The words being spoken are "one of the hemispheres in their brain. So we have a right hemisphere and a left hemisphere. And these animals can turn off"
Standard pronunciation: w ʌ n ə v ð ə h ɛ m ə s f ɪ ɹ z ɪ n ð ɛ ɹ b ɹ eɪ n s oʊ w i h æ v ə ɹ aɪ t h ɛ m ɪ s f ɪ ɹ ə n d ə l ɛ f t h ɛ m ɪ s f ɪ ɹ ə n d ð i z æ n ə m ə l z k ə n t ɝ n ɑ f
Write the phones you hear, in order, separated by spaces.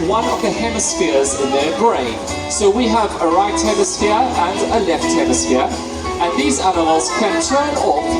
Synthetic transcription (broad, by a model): w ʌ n ə v ð ə h ɛ m ə s f ɪ ɹ z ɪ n ð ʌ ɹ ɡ ɹ eɪ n s oʊ w i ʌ v ə ɹ aɪ t h ɛ m ɪ s f ɪ ɹ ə n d ə l ɛ f t h ɛ m ɪ s f ɪ ɹ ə n ð i z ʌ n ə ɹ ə z k ə n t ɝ n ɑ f